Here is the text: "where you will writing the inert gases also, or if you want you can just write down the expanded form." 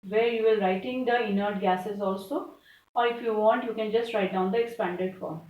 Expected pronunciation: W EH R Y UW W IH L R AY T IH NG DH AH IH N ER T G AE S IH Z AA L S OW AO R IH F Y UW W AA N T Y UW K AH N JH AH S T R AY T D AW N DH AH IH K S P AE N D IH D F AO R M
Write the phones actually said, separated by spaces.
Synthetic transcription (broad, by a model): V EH R Y UW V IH L R AY T IH NG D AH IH N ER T G AE S IH Z AA L S OW AO R IH F Y UW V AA N T Y UW K AH N JH AH S T R AY T D AW N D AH IH K S P AE N D IH D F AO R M